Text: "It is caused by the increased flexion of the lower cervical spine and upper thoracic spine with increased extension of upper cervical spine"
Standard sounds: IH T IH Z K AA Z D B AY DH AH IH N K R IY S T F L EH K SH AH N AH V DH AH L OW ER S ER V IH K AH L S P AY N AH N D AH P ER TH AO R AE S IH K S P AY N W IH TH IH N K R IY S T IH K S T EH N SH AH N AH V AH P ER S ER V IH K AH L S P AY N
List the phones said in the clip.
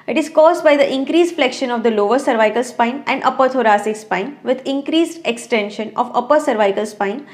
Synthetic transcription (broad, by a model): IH T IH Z K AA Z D B AY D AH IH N K R IY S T F L EH K SH AH N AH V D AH L OW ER S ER V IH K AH L S P AY N AH N D AH P ER T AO R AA S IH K S P AY N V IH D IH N K R IY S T IH K S T EH N SH AH N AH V AH P ER S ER V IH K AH L S P AY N